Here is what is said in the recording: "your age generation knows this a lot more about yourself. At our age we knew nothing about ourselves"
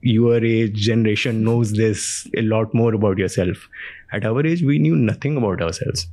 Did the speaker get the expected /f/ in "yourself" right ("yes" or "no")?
yes